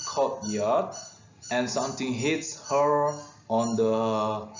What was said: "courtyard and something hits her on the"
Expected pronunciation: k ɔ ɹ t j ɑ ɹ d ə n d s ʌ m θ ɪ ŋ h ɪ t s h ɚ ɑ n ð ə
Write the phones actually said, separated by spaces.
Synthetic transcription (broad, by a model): k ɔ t j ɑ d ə n s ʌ m t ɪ ŋ h ɪ t s h ɚ ɑ n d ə